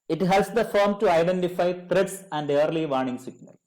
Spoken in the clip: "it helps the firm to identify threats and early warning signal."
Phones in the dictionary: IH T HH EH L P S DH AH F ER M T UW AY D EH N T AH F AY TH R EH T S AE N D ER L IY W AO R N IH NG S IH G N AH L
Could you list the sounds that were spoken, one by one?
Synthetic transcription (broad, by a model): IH T HH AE L S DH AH F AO M T UW AY D EH N T AH F AY T R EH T S AE N D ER L IY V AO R N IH NG S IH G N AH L